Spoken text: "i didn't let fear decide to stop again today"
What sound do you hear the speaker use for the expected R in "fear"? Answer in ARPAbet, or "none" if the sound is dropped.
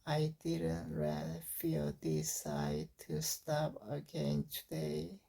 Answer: L